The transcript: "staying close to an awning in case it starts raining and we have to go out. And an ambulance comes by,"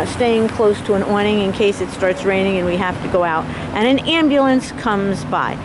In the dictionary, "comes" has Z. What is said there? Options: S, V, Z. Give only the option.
Z